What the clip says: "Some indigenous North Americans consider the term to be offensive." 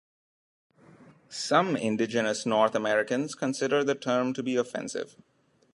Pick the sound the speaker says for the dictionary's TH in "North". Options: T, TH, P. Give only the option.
T